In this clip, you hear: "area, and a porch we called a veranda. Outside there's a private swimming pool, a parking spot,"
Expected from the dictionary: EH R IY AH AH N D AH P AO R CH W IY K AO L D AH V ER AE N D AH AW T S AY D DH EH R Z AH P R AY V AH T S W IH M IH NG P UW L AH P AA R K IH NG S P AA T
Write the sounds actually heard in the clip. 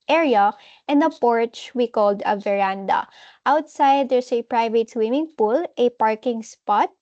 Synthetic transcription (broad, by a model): EH R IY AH AH N D AH P AO R CH W IY K AO L D AH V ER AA N D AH AW T S AY D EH R S AH P R AY V AH T S W IH M IH NG P UW L AH P AA R K IH NG S P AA T